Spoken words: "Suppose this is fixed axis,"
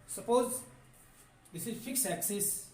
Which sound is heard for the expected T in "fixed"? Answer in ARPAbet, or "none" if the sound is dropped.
none